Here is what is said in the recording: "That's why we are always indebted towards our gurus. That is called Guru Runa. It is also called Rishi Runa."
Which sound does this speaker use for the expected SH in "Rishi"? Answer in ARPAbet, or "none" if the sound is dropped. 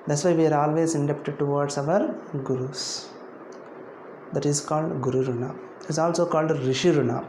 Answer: SH